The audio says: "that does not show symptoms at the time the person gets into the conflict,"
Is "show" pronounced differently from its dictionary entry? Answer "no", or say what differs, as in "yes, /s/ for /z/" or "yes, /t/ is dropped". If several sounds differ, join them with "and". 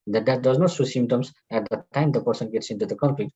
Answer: yes, /s/ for /ʃ/